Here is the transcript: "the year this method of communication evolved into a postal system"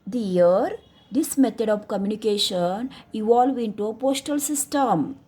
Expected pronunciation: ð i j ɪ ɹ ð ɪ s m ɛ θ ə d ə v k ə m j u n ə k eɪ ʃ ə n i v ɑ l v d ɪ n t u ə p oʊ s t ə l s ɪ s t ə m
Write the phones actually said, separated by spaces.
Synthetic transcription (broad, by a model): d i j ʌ ɹ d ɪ s m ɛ t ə d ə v k ə m j u n ə k eɪ ʃ ə n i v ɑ l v ɪ n t u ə p oʊ s t ə l s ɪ s t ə m